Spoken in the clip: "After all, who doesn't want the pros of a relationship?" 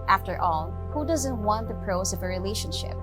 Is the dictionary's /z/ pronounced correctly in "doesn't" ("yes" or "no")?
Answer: yes